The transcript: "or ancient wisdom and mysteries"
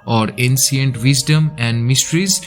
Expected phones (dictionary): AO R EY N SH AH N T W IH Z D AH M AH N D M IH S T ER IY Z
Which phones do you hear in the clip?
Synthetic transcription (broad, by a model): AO R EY N S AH N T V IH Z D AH M AH N D M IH S T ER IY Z